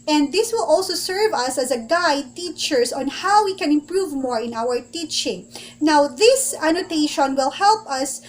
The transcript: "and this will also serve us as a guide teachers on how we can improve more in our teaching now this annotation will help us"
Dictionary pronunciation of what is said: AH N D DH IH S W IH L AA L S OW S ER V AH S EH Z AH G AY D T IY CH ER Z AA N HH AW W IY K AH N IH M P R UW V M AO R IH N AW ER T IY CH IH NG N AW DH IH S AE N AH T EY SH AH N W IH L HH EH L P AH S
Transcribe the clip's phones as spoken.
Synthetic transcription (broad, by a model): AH N D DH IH S W IH L AA L S OW S ER V AH S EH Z AH G AY D T IY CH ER S AA N HH AW W IY K AH N IH M P R UW V M AO R IH N AW ER T IY CH IH NG N AW DH IH S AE N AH T EY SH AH N W IH L HH EH L P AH S